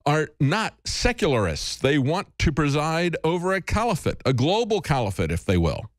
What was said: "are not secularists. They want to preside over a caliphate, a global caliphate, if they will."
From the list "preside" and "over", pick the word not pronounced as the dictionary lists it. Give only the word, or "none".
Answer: none